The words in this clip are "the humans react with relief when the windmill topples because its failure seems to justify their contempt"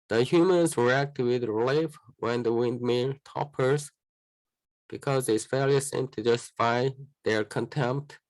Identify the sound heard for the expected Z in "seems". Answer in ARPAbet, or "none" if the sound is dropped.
none